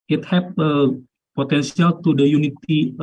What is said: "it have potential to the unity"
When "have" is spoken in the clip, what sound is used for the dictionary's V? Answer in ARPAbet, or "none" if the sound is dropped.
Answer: P